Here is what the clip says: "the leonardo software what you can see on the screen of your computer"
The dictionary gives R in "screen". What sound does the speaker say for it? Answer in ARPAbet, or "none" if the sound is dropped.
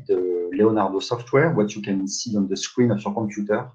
W